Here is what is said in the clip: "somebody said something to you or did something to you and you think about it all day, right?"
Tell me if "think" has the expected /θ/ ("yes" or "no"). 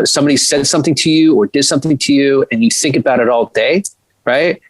yes